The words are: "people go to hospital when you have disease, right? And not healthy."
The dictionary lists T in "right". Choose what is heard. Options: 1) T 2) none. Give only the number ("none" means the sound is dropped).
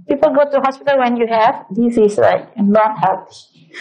2